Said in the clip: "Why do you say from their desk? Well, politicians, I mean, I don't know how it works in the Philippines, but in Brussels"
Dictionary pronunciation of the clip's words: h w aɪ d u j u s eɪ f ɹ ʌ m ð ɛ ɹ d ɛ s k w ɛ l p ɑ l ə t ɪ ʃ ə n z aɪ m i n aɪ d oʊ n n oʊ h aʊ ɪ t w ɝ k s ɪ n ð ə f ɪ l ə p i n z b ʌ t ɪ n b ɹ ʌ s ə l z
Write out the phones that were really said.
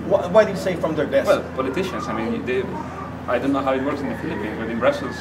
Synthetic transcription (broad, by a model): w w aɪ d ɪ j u s eɪ f ɹ ʌ m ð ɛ ɹ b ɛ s w ɛ l p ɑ l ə t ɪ ʃ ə n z aɪ m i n aɪ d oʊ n n oʊ h aʊ ɪ t w ɝ k s ɪ n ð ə f ɪ l ə p i n z b ʌ t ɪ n b ɹ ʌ s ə l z